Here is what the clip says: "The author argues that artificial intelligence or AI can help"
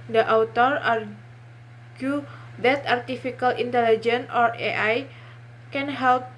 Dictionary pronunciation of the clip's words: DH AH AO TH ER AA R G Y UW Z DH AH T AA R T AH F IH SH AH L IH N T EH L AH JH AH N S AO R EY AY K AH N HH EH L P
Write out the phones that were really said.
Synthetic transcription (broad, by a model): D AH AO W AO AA R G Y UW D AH T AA R T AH F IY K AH L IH N T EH L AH JH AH N AO R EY AY K AH N HH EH L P